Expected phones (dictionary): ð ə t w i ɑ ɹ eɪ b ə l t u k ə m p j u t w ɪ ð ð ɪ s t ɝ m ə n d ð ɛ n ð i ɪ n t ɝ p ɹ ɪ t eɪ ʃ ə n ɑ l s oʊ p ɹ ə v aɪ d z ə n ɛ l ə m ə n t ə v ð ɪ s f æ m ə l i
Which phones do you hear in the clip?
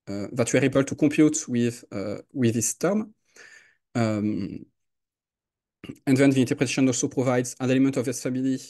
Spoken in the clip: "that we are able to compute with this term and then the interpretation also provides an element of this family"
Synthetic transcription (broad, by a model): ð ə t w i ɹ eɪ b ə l t u k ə p j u t w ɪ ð ð ɪ s t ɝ m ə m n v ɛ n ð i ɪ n t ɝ p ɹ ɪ t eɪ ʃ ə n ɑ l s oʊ p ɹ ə v aɪ d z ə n ɛ l ə m ə n t ə v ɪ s f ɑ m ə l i